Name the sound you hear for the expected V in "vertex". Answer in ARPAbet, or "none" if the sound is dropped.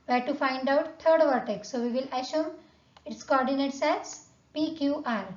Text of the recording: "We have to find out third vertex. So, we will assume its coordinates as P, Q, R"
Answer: V